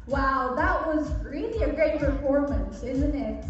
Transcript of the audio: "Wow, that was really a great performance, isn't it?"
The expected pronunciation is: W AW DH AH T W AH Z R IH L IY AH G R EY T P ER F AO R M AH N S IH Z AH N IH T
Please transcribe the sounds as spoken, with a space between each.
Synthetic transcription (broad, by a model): W AW DH AH T W AH Z R IH L IY AH G R EY T P ER F AO R M AH N S IH Z AH N IH T